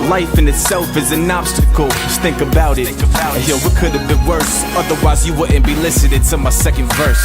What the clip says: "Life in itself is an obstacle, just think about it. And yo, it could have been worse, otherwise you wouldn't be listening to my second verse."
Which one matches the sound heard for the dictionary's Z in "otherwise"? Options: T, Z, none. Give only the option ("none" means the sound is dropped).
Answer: Z